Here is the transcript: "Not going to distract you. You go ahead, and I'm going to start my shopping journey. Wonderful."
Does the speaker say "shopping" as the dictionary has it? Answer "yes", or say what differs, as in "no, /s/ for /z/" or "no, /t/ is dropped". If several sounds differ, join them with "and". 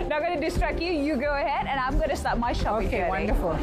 no, /p/ is dropped